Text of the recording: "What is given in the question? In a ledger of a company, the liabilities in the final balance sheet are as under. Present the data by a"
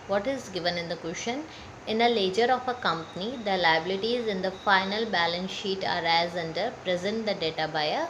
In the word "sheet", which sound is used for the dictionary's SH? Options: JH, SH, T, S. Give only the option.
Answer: SH